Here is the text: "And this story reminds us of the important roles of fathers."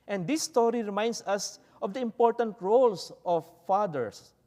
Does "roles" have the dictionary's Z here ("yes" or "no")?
no